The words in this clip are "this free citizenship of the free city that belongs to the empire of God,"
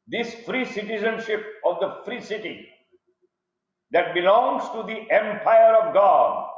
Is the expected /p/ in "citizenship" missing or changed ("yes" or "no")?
no